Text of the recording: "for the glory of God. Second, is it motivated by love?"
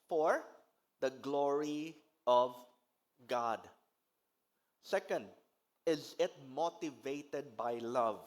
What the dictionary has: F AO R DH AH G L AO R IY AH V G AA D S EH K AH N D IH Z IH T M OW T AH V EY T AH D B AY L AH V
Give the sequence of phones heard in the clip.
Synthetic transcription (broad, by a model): F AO R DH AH G L AO R IY AH V G AA D S EH K AH N D IH Z IH T M OW T AH V EY T AH D B AY L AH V